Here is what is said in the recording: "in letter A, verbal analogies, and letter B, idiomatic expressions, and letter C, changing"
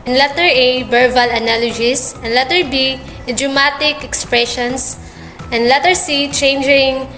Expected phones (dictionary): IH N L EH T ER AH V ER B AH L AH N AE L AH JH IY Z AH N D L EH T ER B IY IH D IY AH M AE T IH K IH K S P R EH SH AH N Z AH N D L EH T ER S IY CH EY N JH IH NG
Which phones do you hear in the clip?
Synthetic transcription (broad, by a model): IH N L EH T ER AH B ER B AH L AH N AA L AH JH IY S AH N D L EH T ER B IY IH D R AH M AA T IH K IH K S P R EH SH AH N S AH N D L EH T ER S IY CH EY N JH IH NG